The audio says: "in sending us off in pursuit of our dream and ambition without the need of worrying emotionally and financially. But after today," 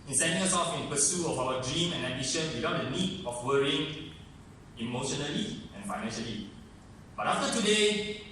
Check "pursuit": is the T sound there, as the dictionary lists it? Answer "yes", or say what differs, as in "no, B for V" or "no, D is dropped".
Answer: no, T is dropped